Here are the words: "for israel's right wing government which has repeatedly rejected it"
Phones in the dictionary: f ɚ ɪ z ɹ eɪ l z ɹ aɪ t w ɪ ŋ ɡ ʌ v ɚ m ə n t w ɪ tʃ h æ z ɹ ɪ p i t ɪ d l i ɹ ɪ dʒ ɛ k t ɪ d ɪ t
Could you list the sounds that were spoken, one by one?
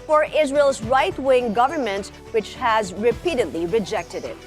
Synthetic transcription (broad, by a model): f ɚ ɪ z ɹ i l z ɹ aɪ t w ɪ ŋ ɡ ʌ v ɚ m ə n t w ɪ tʃ h æ z ɹ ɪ p i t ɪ d l i ɹ ɪ dʒ ɛ k t ɪ d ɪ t